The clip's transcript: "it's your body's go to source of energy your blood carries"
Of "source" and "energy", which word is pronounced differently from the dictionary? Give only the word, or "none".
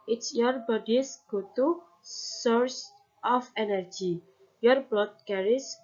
none